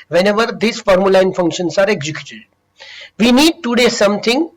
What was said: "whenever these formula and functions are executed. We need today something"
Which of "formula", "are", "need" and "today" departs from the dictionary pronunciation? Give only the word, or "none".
none